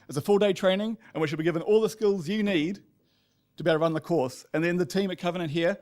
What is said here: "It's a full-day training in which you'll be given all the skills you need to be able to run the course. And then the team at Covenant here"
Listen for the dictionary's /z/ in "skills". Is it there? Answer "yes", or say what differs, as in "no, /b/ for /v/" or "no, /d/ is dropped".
yes